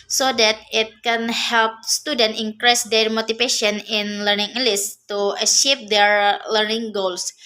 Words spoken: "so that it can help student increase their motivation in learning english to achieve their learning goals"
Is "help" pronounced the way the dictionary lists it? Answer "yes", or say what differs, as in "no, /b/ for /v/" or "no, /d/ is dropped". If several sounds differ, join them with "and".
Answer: yes